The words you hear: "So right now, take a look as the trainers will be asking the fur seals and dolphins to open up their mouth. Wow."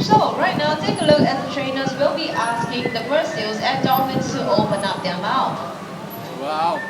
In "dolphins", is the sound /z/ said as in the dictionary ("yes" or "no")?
no